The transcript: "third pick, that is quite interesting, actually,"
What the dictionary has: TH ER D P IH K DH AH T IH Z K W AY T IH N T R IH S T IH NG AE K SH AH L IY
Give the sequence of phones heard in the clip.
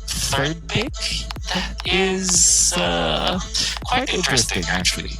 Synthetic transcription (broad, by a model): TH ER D B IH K DH AH T IH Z K W AY T IH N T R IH S T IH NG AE K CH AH L IY